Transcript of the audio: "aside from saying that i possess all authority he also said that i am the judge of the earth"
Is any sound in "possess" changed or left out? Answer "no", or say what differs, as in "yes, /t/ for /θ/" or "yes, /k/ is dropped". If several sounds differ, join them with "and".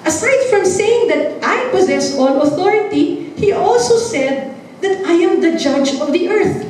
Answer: no